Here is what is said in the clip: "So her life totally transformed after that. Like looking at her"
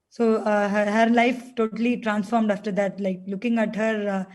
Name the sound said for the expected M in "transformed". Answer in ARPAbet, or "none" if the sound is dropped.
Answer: M